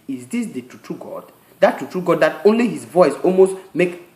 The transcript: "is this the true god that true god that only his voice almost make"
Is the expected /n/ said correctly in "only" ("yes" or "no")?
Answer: yes